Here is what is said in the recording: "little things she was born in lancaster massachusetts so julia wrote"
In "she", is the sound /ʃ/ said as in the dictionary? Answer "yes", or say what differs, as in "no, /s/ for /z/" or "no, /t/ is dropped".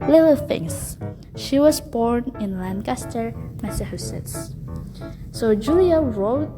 yes